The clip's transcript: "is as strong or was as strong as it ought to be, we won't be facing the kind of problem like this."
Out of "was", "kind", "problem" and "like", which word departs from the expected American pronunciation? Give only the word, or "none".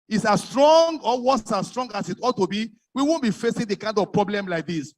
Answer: was